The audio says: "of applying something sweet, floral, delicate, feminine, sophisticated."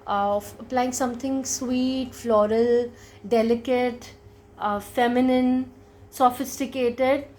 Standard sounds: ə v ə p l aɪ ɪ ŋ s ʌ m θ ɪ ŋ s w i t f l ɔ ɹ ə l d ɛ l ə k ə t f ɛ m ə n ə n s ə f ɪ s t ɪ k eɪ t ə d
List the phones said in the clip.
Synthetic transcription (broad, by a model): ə ə p l aɪ ɪ ŋ s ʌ m t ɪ ŋ s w i t f l ɔ ɹ ə l d ɛ l ə k ə t f ɛ m ə n ə n s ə f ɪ s t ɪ k eɪ t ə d